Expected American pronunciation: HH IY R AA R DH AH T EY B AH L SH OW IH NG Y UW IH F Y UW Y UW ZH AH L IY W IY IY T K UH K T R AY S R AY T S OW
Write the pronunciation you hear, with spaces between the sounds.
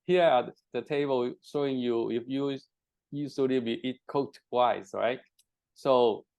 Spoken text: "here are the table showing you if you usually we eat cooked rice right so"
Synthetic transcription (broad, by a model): HH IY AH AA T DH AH T EY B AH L SH OW IH NG Y UW IH F Y UW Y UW S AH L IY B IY IY T K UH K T W AY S R AY T S OW